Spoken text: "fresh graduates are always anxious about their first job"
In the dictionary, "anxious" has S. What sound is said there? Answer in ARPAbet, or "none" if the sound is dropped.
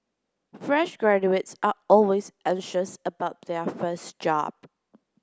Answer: S